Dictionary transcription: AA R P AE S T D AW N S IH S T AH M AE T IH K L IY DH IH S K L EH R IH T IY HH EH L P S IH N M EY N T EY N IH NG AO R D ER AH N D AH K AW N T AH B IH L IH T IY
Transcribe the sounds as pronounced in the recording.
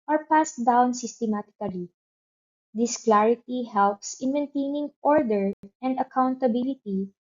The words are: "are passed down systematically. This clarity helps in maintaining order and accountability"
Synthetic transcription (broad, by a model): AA R P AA S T D AW N S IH S T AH M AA T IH K L IY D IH S K L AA R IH T IY HH EH L P S IH N M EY N T EY N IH NG AO R D ER AH N D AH K AW N T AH B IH L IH T IY